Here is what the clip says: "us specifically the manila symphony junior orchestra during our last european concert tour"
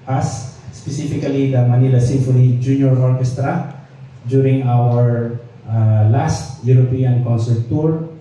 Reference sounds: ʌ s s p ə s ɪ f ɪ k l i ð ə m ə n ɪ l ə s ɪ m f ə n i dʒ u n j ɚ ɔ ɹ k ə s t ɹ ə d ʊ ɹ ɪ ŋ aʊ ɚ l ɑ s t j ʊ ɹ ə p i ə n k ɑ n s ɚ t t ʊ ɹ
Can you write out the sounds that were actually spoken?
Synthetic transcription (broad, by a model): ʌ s s p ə s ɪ f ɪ k l i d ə m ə n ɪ l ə s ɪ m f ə l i dʒ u n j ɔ ɔ ɹ k ə s t ɹ ə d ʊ ɹ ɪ ŋ aʊ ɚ l ɑ s t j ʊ ɹ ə p i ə n k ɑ n s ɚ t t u ɹ